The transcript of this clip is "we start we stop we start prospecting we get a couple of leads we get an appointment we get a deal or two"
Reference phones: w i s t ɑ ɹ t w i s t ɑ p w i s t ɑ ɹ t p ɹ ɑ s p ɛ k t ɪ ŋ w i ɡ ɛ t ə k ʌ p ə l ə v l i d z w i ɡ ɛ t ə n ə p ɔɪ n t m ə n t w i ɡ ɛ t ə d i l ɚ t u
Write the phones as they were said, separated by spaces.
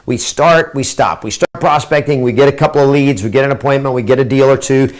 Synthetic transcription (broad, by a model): w i s t ɑ ɹ t w i s t ɑ p w i s t ɑ ɹ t p ɹ ɑ s p ɛ k t ɪ ŋ w i ɡ ɛ t ə k ʌ p l ə v l i d z w i ɡ ɛ t ə n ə p ɔɪ n m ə n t w i ɡ ɛ t ə d i l ɚ t u